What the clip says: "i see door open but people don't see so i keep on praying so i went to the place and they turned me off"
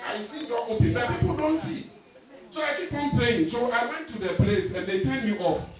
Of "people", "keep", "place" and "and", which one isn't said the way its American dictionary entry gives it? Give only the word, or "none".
keep